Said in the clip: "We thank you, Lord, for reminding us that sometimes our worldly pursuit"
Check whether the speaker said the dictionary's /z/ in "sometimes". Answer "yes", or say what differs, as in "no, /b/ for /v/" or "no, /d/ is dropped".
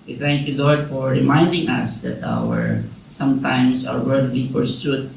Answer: no, /s/ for /z/